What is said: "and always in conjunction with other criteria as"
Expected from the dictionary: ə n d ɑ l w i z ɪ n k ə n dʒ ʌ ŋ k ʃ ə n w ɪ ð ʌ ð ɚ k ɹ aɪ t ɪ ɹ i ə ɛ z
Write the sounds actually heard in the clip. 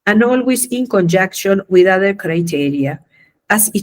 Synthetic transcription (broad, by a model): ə n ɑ l w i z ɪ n k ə n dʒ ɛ k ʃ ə n w ɪ ð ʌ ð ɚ k ɹ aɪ t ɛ ɹ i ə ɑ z